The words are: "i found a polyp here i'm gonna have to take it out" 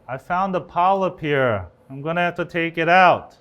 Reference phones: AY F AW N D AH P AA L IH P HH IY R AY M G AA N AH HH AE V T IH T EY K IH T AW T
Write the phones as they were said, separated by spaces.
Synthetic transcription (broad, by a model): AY F AW N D AH P AA L IH P HH IY R AY M G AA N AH HH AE F T IH T EY K IH T AW T